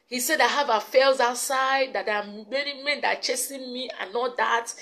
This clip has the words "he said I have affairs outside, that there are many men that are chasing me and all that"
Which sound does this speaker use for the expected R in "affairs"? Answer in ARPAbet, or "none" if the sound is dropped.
L